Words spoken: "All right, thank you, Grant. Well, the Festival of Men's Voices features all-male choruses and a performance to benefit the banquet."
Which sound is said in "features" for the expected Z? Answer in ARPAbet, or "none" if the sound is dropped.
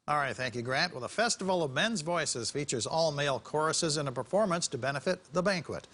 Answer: Z